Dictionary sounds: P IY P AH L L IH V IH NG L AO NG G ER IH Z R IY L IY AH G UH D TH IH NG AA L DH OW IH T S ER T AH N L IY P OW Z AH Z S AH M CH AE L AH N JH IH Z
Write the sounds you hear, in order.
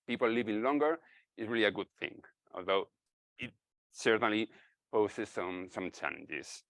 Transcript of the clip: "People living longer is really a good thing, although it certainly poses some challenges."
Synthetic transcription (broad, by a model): P IY P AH L L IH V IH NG L AO NG G ER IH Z R IY L IY AH G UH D TH IH NG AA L DH OW IH T S ER T AH N L IY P OW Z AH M S AH M CH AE L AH N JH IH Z